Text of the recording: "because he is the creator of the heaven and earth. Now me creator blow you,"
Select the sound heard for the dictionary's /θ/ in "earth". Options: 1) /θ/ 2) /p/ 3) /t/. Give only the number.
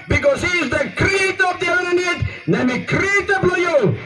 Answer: 3